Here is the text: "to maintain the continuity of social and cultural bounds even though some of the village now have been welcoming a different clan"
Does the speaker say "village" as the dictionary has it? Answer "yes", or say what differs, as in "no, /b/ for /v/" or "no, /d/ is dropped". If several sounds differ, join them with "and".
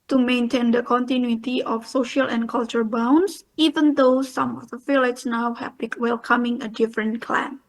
no, /f/ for /v/